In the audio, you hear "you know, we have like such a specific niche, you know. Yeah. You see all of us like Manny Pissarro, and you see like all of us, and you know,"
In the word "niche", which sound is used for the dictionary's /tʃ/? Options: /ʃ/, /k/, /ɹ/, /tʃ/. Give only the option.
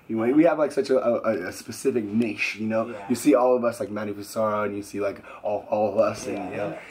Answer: /ʃ/